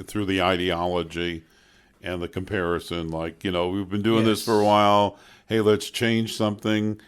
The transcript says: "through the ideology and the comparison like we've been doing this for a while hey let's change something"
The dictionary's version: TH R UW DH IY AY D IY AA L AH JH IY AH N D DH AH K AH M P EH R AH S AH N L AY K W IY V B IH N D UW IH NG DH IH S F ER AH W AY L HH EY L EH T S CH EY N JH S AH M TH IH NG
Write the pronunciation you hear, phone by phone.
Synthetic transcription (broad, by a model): TH R UW DH IY AY D IY AA L AH JH IY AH N DH AH K AH M P EH R AH S AH N L AY K W IY V B IH N D UW IH NG DH IH S F ER AH W AY L HH EY L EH T S CH EY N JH S AH M TH IH NG